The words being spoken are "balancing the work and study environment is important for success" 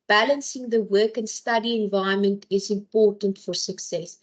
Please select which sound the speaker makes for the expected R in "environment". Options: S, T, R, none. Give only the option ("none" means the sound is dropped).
none